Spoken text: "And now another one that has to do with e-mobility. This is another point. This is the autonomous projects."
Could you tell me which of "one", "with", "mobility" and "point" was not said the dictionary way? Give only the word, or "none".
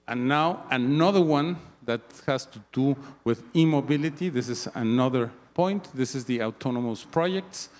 none